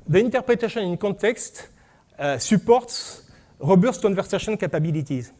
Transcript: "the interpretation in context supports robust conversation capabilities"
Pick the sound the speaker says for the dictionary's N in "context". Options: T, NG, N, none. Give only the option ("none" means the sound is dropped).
none